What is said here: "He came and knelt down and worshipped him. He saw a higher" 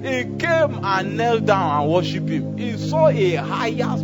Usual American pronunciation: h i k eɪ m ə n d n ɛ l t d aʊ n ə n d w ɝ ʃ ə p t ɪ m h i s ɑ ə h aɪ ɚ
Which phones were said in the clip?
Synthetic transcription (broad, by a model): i k eɪ m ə n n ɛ l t d aʊ n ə n w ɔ ʃ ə p ɪ m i s ɑ ə h aɪ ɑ